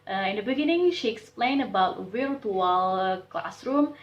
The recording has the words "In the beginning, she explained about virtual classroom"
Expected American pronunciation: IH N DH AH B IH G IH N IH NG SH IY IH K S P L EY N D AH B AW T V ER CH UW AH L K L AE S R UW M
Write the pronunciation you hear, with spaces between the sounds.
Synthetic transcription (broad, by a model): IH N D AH B IH G IH N IH NG SH IY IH K S P L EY N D AH B AW T W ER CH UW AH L K L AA S R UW M